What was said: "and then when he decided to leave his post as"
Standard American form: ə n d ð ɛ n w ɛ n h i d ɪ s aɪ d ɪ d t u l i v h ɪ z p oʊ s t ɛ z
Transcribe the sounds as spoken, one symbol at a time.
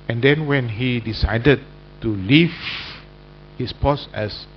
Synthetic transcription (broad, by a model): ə n d ɛ n w ɛ n h i d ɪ s aɪ d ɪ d t u l i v h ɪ s p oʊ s ɛ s